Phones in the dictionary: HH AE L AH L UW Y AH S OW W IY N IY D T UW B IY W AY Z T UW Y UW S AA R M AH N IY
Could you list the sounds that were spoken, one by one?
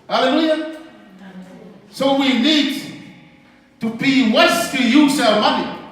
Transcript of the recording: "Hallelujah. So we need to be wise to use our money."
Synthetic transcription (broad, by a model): HH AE L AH L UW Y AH S OW W IY N IY D T UW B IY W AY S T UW Y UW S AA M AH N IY